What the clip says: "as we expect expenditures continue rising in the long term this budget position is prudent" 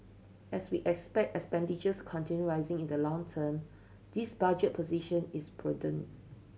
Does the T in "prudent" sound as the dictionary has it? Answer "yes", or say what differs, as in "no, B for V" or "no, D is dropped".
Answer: no, T is dropped